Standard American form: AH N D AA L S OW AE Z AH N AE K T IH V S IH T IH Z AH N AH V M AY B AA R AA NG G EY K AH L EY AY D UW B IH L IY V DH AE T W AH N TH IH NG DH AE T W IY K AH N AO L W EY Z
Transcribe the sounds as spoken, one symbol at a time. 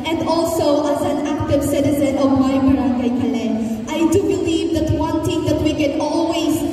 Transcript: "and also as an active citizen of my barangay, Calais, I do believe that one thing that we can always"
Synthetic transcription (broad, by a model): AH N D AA L S OW AE Z AH N AE K T IH V S IH T IH Z AH N AH V M AY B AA R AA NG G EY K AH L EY AY D UW B IH L IY V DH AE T W AH N T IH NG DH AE T W IY K AH N AO L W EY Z